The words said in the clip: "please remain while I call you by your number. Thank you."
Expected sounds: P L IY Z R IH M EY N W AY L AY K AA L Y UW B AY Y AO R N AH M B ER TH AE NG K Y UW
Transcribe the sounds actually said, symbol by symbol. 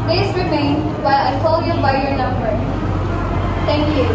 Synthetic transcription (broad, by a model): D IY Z R IH M EY N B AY AY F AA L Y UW B AY Y AO R N AH M B ER T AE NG K Y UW